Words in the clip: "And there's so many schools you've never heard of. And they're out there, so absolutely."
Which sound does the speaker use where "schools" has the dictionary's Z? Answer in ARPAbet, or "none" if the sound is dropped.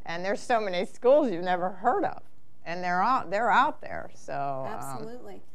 Z